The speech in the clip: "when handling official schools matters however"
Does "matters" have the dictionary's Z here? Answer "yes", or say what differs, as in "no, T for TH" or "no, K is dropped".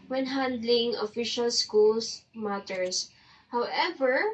no, S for Z